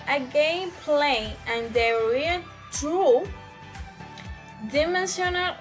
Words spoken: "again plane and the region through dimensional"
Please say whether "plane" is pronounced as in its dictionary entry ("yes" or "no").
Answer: no